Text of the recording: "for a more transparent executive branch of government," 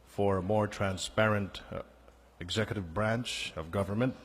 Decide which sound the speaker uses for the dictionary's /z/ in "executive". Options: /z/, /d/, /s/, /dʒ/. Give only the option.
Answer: /z/